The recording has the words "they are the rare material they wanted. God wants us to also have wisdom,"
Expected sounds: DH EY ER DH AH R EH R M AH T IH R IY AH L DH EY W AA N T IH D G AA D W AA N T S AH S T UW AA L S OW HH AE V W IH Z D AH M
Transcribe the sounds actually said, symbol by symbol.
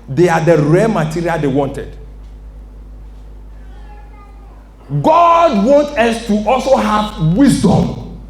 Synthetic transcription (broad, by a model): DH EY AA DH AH R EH M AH T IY R IY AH L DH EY W AA N T IH D G AA D W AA N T AH S T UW AA L S OW HH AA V W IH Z D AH M